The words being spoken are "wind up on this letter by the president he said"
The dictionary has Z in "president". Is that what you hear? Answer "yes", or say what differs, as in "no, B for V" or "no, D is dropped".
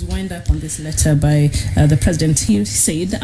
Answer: yes